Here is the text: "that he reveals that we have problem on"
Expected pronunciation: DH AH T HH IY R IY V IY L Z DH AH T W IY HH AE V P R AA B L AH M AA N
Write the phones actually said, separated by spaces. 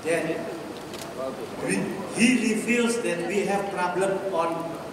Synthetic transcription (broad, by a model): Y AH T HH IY L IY F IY L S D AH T W IY HH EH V P R AA B L AH M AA N